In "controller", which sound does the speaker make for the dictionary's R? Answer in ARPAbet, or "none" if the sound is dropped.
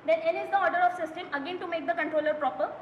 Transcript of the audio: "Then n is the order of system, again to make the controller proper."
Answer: R